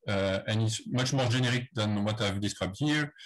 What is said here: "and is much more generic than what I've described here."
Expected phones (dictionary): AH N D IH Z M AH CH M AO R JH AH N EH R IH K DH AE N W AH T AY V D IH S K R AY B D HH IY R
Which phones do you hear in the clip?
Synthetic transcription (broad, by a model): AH N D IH S M AH CH M AO R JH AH N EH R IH K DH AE N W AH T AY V D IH S K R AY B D HH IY R